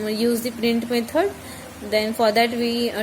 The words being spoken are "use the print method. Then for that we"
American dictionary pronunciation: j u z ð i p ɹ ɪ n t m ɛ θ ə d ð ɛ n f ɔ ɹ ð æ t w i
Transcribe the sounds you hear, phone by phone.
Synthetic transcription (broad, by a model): j u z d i p ɹ ɪ n t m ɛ t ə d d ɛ n f ɔ ɹ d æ t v i